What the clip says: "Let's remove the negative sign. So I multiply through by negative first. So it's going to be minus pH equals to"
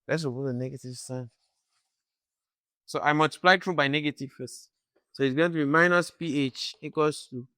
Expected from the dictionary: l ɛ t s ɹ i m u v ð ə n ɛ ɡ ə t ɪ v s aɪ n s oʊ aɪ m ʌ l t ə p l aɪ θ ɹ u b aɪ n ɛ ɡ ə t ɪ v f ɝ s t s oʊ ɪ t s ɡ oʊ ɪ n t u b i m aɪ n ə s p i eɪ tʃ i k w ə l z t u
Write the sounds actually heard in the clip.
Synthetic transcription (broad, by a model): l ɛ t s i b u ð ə n ɛ ɡ ə t ɪ v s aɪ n s oʊ aɪ m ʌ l t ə p l aɪ t ɹ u b aɪ n ɛ ɡ ə t ɪ v f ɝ s t s oʊ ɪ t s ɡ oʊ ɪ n t u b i m aɪ n ə s p i eɪ tʃ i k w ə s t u